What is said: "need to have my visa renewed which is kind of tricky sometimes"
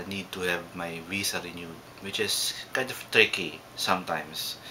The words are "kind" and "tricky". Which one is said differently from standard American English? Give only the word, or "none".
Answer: none